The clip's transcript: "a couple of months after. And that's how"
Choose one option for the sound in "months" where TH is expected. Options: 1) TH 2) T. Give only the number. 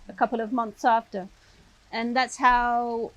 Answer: 1